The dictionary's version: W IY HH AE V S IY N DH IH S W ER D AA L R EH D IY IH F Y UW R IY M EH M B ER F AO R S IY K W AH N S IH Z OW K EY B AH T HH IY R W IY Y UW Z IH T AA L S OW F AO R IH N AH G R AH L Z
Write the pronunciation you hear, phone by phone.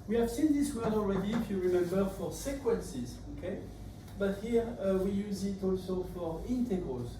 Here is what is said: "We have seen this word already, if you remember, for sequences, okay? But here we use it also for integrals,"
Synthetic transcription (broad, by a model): W IY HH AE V S IY N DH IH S W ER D AA L R EH D IY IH F Y UW R IY M EH M B ER F AO R S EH K W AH N S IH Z OW K EY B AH T HH IY R W IY Y UW Z IH T AA L S OW F AO R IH N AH G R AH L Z